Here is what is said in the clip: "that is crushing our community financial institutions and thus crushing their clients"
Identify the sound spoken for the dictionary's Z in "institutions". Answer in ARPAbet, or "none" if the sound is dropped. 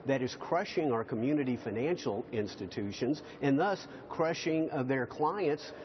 Z